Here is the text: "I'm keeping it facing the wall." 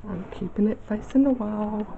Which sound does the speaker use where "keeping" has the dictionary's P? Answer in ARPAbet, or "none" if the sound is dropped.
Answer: P